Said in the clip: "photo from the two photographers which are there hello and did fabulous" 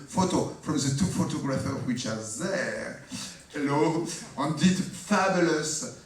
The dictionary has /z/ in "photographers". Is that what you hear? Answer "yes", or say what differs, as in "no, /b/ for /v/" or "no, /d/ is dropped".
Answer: no, /z/ is dropped